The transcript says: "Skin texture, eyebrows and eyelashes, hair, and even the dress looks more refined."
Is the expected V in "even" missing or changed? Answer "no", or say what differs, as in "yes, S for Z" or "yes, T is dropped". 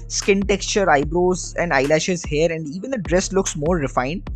no